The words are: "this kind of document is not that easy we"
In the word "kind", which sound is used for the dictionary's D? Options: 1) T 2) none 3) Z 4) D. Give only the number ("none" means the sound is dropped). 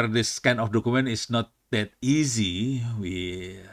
2